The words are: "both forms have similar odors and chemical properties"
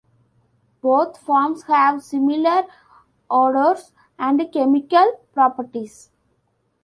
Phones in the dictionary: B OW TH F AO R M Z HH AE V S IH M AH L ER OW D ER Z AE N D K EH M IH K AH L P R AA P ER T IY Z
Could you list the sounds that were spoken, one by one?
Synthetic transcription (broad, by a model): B OW T F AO R M S HH AE V S IH M AH L ER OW D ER S AE N D K EH M IH K AH L P R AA P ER T IY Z